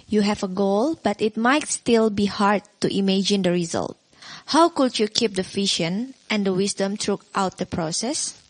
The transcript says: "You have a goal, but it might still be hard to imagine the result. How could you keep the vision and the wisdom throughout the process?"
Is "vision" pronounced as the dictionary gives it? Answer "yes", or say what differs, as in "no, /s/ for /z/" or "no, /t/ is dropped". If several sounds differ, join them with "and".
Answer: no, /f/ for /v/ and /ʃ/ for /ʒ/